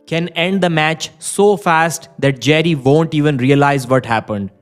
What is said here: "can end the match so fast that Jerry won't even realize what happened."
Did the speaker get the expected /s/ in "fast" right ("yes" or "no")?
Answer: yes